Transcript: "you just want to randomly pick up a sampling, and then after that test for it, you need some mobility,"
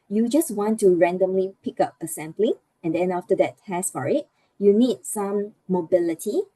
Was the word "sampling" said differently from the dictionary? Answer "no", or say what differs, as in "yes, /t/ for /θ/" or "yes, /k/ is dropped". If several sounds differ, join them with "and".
yes, /b/ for /p/